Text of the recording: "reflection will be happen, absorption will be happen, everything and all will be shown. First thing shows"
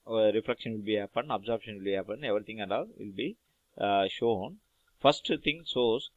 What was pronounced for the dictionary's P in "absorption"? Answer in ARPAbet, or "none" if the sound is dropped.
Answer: B